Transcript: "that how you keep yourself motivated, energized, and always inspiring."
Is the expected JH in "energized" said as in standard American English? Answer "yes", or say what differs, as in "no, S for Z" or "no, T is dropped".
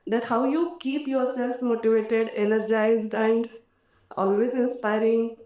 yes